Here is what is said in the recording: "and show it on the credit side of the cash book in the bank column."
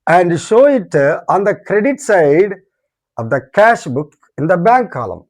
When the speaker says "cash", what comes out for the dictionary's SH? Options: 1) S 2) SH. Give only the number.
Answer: 2